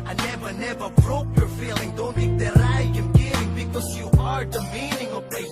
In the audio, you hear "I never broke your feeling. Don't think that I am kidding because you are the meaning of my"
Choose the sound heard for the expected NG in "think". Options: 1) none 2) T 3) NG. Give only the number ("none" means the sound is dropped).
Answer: 1